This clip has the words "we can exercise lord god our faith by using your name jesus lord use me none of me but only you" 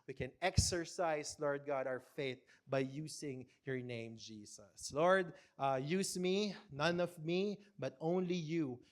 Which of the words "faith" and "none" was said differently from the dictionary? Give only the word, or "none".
none